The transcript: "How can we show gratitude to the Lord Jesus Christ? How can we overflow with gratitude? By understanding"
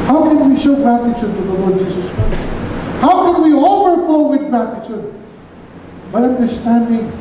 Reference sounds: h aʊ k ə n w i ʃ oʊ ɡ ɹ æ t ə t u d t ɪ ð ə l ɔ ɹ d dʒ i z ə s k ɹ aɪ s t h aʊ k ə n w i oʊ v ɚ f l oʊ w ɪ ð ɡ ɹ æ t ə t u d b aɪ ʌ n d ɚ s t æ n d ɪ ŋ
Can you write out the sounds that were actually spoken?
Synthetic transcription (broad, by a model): h aʊ k ə n w i ʃ oʊ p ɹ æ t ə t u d t ɪ ð ə l ɔ ɹ d dʒ i z ə s k ɹ aɪ s t h aʊ k ə n w i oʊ f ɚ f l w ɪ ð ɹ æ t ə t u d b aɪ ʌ n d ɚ s t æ n d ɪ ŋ